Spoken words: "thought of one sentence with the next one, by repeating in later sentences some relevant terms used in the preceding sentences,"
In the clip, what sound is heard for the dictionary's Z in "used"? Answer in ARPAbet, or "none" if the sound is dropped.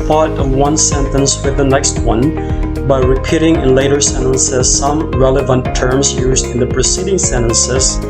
Z